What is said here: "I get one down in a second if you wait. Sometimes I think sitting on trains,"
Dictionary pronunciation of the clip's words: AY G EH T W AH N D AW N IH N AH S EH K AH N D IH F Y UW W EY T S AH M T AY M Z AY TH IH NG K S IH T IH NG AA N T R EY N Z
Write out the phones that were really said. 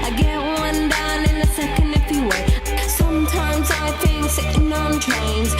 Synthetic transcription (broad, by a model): AY G EH T W AH N D AW N IH N AH S EH K AH N D IH F Y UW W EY S AH M T AY M Z AY TH IH NG K S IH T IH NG AA N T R EY N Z